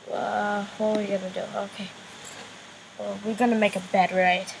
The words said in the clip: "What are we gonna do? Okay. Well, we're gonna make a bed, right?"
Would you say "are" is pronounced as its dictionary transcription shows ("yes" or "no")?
no